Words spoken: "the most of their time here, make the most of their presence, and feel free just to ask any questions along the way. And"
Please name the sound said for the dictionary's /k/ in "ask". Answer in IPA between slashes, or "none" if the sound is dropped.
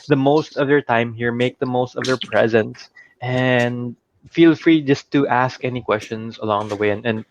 /k/